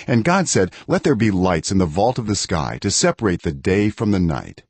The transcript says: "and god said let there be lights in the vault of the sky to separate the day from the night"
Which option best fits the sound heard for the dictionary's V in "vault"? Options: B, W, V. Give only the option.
V